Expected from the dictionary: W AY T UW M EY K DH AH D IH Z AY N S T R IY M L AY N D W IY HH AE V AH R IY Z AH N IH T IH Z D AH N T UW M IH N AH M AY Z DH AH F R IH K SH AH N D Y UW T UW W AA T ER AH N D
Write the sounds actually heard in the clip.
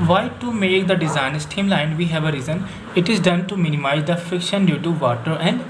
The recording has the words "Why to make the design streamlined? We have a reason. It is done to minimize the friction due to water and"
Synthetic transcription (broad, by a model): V AY T UW M EY K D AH D IH Z AY N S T IY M L AY N D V IY HH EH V AH R IY Z AH N IH T IH Z D AH N T UW M IH N AH M AY Z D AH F IH K SH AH N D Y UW T UW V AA T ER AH N D